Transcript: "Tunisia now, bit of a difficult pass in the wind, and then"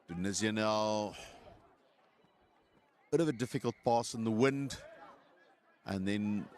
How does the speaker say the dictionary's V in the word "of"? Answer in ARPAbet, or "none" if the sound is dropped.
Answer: V